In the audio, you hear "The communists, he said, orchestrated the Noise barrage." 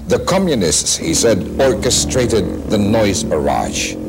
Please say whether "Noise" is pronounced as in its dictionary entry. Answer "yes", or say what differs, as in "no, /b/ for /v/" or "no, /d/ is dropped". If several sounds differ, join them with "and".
yes